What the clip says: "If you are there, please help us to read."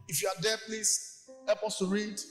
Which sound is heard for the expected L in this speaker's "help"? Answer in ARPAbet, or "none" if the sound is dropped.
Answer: none